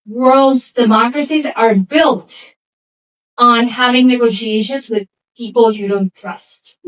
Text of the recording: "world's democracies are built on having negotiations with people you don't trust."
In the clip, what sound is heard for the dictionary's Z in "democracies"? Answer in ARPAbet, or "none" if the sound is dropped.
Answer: Z